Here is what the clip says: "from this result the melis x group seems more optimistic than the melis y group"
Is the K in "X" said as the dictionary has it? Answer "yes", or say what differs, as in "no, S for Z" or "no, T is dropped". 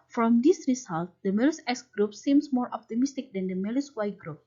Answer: no, K is dropped